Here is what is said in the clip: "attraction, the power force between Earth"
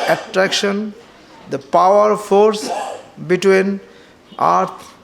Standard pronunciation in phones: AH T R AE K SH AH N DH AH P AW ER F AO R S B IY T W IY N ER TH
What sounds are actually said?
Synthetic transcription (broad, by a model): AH T R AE K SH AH N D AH P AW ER F AO R S B IY T W IY N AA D